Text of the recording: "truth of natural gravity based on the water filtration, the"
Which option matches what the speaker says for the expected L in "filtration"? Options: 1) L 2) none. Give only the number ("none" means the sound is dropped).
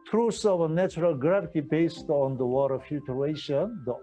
2